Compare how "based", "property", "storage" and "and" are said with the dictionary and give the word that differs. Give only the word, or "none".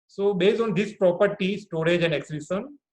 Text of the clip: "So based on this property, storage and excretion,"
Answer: none